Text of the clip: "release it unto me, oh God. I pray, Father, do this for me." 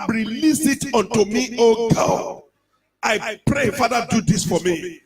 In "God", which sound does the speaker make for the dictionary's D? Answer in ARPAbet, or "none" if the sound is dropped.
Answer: none